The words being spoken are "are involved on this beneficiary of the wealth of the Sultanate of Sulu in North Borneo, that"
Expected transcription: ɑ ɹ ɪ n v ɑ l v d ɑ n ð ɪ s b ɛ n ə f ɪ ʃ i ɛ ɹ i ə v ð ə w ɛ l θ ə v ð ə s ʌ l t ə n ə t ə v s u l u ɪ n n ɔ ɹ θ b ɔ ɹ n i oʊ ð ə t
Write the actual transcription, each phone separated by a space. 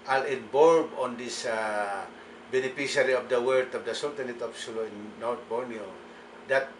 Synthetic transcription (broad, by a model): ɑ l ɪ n b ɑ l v ɑ n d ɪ s b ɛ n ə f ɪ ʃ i ɹ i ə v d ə w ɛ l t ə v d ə s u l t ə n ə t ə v s u l u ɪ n n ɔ ɹ t b ɔ ɹ n i oʊ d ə t